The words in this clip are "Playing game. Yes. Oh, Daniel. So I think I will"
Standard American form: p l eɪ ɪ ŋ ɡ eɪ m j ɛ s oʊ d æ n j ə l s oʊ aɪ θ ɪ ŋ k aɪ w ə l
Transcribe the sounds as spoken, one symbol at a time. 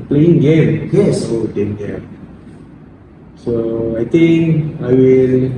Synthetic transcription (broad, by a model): p l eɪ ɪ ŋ ɡ eɪ m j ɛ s oʊ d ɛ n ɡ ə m s oʊ aɪ t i ŋ k aɪ w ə l